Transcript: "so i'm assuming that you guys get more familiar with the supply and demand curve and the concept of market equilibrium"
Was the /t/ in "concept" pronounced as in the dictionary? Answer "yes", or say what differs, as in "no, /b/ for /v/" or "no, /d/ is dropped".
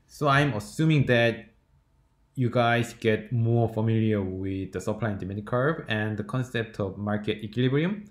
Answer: yes